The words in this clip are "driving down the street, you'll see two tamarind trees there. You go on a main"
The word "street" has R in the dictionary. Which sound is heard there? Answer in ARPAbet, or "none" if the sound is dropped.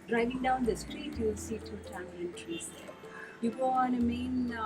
R